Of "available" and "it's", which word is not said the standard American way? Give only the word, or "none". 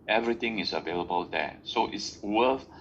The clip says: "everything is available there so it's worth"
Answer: none